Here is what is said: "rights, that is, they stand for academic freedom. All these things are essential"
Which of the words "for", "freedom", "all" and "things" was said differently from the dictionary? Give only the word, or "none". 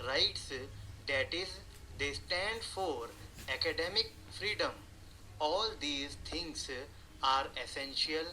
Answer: things